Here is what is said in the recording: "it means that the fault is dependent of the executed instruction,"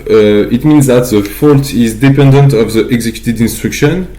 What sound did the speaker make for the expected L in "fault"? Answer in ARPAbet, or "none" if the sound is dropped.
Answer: L